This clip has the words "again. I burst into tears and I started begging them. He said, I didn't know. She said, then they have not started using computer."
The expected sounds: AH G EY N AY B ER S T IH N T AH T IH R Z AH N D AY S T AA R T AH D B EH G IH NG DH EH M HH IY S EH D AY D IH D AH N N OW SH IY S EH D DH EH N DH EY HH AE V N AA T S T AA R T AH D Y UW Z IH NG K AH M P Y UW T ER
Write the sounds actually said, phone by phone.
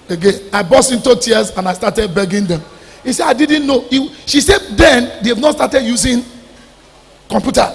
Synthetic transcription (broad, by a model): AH G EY N AY B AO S IH N T AH T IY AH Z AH N AY S T AA T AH D B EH G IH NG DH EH M HH IY S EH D AY D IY D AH N N OW SH IY S EH D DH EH N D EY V N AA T S T AA T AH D Y UW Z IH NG K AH M P Y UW T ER